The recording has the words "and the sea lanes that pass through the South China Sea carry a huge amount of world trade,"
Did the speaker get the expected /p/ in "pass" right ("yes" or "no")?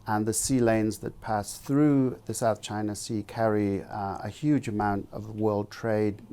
yes